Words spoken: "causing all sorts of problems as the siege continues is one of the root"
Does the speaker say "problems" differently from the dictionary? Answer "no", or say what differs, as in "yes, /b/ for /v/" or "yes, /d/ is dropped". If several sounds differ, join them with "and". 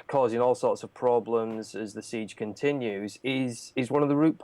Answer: no